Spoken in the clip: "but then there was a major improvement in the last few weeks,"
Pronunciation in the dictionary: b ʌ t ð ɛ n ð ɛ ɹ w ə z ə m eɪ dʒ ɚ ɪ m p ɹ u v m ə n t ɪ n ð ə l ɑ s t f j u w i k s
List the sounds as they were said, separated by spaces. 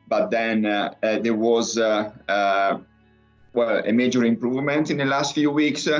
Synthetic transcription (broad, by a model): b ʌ t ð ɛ n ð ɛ w w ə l ə m eɪ dʒ ɚ ɪ m p ɹ u v m ə n t ɪ n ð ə l ɑ s t f j u w i k s